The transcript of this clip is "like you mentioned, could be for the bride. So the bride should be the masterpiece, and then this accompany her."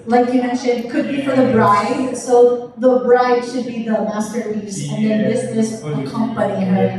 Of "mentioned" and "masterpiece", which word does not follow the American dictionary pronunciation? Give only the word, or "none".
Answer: masterpiece